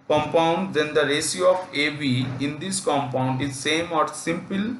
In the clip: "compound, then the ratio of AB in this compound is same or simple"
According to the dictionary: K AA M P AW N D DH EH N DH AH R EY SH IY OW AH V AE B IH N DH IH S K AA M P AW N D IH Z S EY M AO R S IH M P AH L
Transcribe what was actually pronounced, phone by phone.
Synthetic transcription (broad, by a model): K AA M P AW N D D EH N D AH R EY S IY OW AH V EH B IH N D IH S K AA M P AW N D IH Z S EY M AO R S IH M P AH L